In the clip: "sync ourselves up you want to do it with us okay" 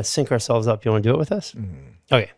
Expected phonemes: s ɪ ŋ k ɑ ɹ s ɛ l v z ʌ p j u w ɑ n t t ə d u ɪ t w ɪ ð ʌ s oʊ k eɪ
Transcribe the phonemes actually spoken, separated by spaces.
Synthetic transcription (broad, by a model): s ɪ ŋ k ɑ ɹ s ɛ l v z ʌ p j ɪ w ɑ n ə d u ɪ t w ɪ ð ʌ s oʊ k eɪ